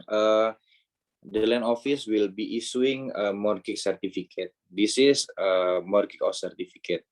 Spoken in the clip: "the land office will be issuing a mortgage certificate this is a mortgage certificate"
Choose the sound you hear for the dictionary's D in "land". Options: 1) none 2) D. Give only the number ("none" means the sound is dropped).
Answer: 1